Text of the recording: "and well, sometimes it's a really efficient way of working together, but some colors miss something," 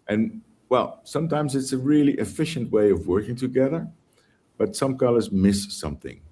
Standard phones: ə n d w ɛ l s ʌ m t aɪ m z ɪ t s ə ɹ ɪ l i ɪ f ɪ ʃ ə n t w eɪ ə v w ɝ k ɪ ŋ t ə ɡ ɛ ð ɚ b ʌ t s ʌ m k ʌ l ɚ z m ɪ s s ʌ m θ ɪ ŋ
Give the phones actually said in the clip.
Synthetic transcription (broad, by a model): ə n w ɛ l s ʌ m t aɪ m z ɪ t s ə ɹ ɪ l i ɪ f ɪ ʃ ə n t w eɪ ə v w ɝ k ɪ ŋ t ə ɡ ɛ ð ɚ b ʌ t s ʌ m k ʌ l ɚ z m ɪ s s ʌ m θ ɪ ŋ